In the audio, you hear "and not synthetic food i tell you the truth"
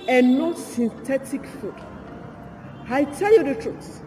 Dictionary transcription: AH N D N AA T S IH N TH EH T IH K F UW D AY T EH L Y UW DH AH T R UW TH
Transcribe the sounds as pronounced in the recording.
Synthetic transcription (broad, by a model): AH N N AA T S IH N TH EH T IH K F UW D AY T EH L Y UW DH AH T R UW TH